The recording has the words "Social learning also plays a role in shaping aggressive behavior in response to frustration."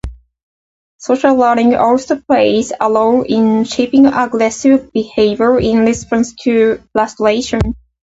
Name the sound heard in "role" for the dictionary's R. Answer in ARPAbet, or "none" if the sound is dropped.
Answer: L